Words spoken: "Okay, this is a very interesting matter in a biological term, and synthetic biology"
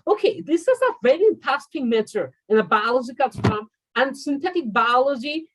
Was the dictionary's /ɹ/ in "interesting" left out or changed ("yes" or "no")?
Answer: yes